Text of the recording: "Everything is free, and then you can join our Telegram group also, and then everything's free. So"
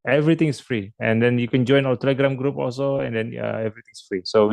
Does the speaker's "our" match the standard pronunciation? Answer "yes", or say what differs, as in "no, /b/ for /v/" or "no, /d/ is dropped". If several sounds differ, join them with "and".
no, /l/ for /ɹ/